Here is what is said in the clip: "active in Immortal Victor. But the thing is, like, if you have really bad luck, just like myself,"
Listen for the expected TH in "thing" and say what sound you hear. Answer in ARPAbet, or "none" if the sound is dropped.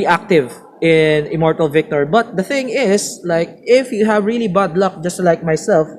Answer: TH